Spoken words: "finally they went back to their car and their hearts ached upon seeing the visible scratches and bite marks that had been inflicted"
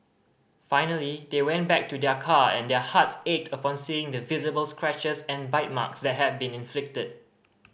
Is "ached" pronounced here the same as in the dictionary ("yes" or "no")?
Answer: yes